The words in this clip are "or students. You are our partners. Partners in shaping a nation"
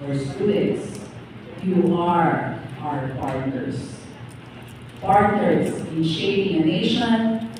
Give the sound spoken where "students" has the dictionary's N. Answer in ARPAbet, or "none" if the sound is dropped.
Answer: none